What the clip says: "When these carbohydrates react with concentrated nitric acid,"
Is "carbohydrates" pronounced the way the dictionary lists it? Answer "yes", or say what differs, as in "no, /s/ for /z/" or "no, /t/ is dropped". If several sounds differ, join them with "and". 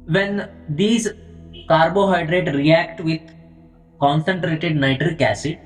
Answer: no, /s/ is dropped